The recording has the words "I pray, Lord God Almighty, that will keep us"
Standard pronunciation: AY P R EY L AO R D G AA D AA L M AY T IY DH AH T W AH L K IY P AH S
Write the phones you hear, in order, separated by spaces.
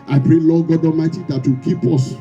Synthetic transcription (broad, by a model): AY P R EY L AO G AA D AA M AY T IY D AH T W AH K IY P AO S